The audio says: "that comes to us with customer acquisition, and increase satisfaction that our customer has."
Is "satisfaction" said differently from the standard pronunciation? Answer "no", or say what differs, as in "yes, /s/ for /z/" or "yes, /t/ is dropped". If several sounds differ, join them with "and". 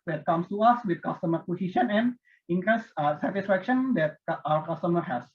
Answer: no